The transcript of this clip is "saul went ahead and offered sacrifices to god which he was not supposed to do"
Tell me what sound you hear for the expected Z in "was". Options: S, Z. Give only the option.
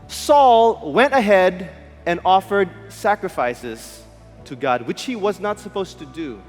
Z